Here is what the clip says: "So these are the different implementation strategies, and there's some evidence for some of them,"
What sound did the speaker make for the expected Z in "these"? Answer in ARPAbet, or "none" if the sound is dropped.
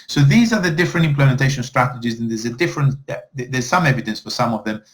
Z